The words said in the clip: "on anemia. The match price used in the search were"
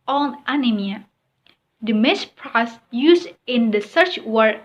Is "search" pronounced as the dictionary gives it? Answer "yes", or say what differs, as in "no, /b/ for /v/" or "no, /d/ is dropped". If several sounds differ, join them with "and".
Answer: yes